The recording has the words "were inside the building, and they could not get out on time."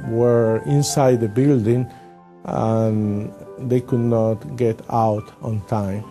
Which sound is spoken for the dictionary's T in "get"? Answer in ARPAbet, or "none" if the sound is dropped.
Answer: T